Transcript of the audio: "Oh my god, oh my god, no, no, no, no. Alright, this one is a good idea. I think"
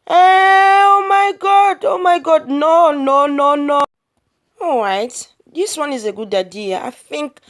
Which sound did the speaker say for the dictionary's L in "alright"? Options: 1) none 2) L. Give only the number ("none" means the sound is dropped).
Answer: 1